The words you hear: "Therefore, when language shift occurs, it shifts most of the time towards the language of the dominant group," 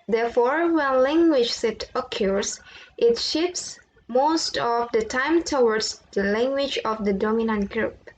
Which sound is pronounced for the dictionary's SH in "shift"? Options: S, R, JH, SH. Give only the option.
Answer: S